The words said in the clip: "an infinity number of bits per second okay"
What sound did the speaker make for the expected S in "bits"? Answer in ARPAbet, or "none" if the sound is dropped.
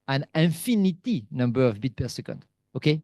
none